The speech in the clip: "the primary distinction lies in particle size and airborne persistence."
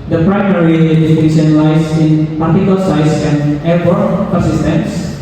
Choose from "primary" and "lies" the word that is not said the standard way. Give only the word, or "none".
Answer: lies